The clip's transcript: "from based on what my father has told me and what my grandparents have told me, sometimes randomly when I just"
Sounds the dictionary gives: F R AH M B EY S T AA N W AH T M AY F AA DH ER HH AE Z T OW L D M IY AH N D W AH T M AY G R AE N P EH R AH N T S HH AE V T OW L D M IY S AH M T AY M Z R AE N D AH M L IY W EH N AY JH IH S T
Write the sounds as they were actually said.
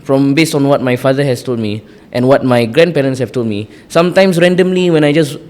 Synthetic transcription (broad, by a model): F R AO M B EY S T AA N W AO T M AY F AA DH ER HH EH S T OW L D M IY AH N W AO T M AY G R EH N P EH R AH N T S HH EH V T OW L D M IY S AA M T AY M S R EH N D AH M L IY W EH N AY JH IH S